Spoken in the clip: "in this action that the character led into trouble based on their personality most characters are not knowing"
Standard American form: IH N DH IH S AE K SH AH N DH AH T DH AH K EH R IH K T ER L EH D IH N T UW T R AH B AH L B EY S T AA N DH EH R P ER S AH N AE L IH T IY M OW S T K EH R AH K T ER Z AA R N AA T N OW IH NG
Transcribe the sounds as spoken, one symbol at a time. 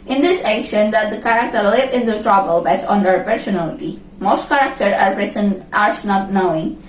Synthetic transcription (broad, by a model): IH N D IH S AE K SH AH N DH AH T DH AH K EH R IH K T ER L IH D IH N T UW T R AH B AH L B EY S AA N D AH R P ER S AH N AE L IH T IY M OW S T K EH R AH K T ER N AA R N AA T N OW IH NG